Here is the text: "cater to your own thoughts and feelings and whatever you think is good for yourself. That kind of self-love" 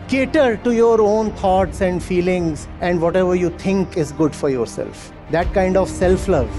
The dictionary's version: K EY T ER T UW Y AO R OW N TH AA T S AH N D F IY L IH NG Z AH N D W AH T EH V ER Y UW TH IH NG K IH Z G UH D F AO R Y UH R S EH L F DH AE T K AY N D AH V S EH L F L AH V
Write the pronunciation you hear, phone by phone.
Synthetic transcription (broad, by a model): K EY T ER T UW Y AO R OW N T AA T S AH N D F IY L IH NG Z AH N D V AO T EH V ER Y UW T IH NG K IH Z G UH D F AO R Y UH R S EH L F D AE T K AY N D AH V S EH L F L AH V